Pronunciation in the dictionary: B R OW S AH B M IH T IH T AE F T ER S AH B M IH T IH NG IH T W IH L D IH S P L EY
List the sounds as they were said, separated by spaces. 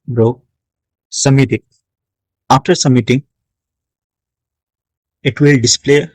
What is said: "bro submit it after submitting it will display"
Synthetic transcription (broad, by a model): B R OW S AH M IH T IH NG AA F T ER S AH M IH T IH NG IH T W IH L D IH S P L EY